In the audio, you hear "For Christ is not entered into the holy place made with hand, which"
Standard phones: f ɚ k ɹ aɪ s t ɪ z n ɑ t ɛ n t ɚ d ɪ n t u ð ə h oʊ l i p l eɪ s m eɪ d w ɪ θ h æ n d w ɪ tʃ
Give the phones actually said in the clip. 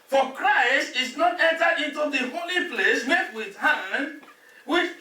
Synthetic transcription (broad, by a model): f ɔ k ɹ aɪ s t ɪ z n ɑ t ɛ n t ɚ ɪ n t u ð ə h oʊ l i p l eɪ s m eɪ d w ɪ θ h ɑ n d w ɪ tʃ